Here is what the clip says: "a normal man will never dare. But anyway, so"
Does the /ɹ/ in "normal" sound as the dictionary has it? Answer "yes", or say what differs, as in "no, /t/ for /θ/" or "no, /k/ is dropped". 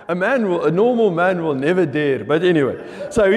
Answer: no, /l/ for /ɹ/